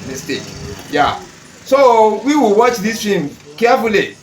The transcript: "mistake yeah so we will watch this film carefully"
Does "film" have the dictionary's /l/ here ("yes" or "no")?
no